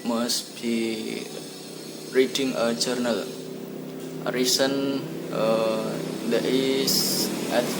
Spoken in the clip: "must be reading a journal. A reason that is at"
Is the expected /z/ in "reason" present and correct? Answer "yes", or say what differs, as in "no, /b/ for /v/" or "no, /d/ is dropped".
no, /s/ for /z/